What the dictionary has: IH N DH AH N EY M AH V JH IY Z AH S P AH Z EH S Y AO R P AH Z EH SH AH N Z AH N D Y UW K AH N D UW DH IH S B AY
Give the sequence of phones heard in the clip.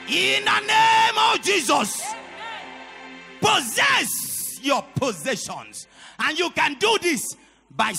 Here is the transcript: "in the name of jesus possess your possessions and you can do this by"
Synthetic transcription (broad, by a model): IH N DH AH N EY M AH V JH IY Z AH S P AH Z EH S Y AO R P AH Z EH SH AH N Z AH N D Y UW K AH N D UW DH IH S B AY